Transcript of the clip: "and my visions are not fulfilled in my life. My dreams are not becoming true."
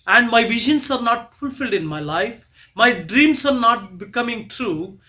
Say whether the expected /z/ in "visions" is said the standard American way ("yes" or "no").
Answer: no